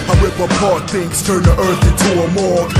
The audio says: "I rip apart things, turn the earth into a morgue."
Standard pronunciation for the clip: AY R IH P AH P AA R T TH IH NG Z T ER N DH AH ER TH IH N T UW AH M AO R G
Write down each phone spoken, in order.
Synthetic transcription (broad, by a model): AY W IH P AH P AA R T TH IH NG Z T ER N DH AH ER TH IH N T UW AH M AO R